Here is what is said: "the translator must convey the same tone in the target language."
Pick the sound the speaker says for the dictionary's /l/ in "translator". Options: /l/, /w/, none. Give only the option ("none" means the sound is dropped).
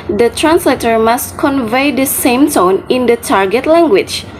/l/